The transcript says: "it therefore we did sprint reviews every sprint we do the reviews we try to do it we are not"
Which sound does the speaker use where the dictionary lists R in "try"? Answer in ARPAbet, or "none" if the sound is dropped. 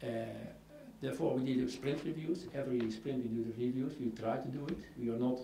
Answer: R